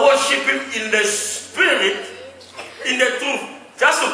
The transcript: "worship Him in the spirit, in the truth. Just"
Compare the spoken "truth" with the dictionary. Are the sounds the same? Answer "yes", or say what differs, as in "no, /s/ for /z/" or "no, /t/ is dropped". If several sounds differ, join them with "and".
no, /ɹ/ is dropped